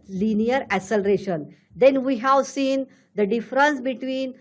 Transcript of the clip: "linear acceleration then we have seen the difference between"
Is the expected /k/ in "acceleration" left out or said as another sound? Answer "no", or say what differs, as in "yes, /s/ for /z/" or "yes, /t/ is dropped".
yes, /k/ is dropped